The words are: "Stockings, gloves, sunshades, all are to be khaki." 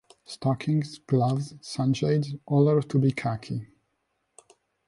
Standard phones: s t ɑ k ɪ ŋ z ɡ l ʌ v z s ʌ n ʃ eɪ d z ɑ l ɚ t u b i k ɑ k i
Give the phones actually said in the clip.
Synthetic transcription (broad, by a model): s t ɑ k ɪ ŋ z ɡ l ʌ v z s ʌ n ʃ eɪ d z ɑ l ɚ t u b i k ɑ k i